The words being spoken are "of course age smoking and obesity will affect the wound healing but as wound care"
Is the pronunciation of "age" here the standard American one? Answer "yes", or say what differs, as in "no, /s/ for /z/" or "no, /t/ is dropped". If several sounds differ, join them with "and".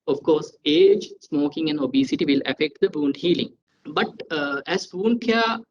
yes